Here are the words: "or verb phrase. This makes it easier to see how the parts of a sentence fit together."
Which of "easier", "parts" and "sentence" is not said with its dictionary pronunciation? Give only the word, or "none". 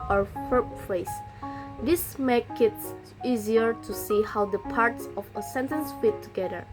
none